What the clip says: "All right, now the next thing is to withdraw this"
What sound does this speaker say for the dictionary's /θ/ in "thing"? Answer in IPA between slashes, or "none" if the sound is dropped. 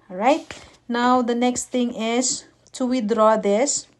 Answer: /t/